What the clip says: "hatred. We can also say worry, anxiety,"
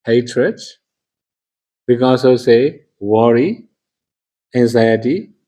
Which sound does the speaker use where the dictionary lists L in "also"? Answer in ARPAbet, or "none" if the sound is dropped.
none